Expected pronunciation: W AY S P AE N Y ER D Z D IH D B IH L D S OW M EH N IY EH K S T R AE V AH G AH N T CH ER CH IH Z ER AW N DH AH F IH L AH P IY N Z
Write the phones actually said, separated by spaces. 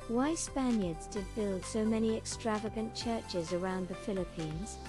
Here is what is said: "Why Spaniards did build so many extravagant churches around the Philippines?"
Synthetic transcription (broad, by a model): W AY S P AE N Y ER D Z D IH D B IH L D S OW M EH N IY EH K S T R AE V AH G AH N CH ER CH IH Z ER AW N DH AH F IH L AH P IY N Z